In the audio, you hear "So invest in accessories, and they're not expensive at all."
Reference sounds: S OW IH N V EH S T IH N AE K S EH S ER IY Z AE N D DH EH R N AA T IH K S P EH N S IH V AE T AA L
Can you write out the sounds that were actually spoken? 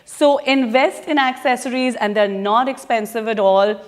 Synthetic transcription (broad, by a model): S OW IH N V EH S T IH N AE K S EH S ER IY Z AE N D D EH R N AA T IH K S P EH N S IH V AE T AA L